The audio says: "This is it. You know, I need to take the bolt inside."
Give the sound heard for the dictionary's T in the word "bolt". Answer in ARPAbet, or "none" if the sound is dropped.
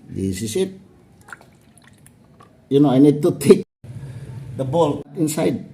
none